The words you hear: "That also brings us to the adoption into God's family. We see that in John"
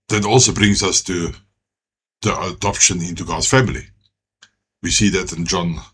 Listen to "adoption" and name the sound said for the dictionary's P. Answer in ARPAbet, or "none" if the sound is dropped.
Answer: P